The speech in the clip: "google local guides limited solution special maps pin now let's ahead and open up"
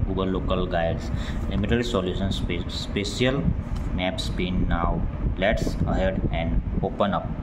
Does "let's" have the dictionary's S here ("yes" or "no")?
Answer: yes